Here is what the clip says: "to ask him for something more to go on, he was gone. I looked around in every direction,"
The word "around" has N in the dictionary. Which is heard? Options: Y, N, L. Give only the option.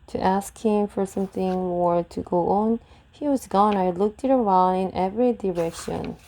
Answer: L